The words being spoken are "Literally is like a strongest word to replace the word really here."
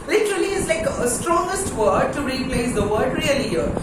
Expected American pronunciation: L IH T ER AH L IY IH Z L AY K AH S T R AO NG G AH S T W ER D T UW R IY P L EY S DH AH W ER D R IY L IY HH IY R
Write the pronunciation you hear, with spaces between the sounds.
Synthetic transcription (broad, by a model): L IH T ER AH L IY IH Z L AY K AH S T R AO NG G AH S T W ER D T UW R IY P L EY S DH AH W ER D R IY IY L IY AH